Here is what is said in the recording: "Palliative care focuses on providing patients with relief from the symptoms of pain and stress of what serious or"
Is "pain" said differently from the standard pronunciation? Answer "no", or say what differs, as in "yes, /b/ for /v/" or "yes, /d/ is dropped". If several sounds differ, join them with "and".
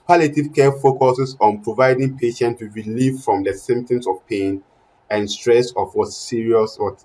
no